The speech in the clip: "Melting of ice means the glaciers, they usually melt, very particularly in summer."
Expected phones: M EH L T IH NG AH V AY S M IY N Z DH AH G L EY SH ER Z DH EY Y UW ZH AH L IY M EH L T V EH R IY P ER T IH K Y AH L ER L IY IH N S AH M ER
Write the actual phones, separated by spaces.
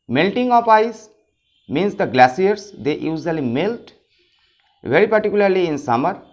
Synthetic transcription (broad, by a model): M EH L T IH NG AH F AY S M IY N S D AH G L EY S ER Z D EY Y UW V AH L IY M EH L T V EH R IY P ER T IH K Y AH L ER L IY IH N S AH M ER